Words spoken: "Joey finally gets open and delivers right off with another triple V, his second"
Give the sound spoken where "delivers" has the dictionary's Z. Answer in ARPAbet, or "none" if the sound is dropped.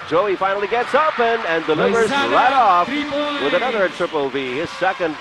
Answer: Z